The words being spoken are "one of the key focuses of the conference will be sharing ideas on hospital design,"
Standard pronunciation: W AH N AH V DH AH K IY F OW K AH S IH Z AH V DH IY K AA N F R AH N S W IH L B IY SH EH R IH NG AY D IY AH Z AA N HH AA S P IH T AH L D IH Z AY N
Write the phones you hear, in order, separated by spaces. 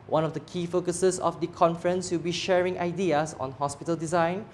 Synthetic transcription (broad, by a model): W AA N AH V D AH K IY F OW K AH S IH S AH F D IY K AA N F R AH N S W IH L B IY SH EH R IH NG AY D IY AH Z AA N HH AA S P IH T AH L D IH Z AY N